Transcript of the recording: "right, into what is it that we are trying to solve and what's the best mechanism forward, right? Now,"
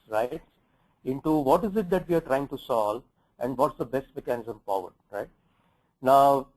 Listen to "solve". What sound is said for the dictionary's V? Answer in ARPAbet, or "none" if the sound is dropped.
none